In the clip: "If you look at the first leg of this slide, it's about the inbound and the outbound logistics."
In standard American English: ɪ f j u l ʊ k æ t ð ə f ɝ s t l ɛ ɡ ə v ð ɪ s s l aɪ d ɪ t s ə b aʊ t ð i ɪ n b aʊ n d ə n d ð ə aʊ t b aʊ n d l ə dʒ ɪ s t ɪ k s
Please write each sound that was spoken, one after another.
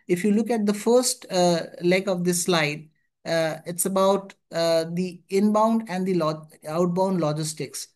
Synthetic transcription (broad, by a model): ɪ f j u l ʊ k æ t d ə f ɝ s t l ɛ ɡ ə v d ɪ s s l aɪ d ɪ t s ə b aʊ t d i ɪ n b aʊ n d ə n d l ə aʊ t b aʊ n d l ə dʒ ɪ s t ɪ k s